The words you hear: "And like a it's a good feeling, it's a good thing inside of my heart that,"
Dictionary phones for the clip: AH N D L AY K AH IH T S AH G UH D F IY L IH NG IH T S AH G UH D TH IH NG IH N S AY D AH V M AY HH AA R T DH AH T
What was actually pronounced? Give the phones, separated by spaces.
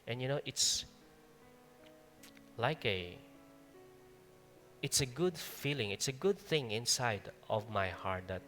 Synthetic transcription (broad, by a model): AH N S L AY K AH IH T S AH G UH D F IY L IH NG IH T S AH G UH D TH IH NG IH N S AY D AH V M AY HH AA R T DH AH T